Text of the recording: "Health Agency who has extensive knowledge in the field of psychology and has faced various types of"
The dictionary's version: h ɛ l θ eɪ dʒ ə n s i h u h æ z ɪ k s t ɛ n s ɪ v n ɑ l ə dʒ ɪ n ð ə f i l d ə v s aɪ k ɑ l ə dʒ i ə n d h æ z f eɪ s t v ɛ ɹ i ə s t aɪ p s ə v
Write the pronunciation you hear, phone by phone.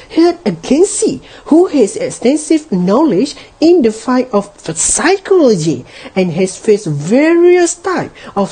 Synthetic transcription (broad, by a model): h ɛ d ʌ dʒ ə n s i h u h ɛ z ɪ k s t ɛ n s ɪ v n ɑ l ə dʒ ɪ n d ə f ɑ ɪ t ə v s aɪ k ɑ l ə dʒ i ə n h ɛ s f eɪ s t v ɛ ɹ i ə s t aɪ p ə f